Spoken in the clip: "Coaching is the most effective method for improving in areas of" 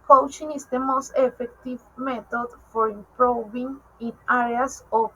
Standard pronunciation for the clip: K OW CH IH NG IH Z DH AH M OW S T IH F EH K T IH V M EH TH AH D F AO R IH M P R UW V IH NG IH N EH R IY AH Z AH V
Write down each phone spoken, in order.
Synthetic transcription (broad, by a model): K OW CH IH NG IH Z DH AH M OW S T IH F EH K T IH V M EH T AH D F AO R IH M P R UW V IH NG IH N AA R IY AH S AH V